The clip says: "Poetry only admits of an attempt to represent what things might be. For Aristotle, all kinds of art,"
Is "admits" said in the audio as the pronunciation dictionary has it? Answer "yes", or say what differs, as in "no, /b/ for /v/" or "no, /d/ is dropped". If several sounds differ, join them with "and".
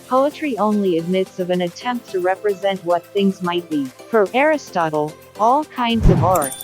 yes